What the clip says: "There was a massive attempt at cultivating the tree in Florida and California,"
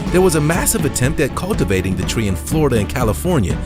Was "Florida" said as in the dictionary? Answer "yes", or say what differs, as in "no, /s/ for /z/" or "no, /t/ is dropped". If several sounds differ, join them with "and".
yes